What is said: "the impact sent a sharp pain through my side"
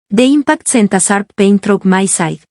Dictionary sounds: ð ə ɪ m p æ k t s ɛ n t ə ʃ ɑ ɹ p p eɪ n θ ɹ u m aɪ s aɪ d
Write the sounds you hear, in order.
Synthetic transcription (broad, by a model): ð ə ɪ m p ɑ k t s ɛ n t ə s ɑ ɹ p p eɪ n t ɹ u m aɪ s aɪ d